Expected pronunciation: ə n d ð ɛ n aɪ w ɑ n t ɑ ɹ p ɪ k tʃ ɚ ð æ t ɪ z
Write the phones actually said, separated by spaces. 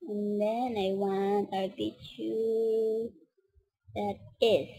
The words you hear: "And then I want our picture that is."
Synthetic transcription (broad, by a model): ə n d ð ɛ n aɪ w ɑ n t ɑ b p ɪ tʃ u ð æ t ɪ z